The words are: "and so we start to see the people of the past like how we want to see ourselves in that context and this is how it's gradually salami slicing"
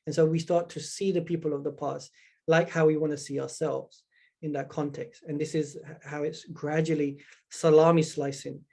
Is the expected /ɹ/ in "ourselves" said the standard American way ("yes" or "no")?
yes